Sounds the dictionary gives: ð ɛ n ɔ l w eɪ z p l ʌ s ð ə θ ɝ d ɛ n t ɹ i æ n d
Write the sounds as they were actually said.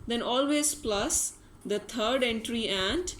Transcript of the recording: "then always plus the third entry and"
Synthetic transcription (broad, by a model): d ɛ n ɔ l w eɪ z p l ʌ s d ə t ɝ d ɛ n t ɹ i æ n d